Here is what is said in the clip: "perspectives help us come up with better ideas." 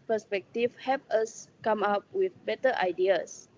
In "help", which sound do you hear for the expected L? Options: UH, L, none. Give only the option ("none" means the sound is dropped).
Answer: none